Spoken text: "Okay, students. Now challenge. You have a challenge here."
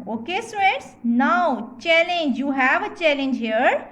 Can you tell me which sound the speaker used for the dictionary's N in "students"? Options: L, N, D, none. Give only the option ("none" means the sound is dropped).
none